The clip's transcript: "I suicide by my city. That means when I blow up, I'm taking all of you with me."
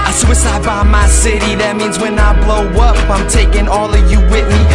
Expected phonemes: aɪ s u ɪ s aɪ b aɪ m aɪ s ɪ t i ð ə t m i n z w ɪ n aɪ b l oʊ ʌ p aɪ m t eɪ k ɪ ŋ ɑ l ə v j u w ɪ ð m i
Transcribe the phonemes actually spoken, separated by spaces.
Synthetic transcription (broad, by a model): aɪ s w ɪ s aɪ b aɪ m aɪ s ɪ t i ð ə t m i n z w ɪ n aɪ b l oʊ ʌ p aɪ m t eɪ k ɪ ŋ ɑ l ə v j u w ɪ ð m i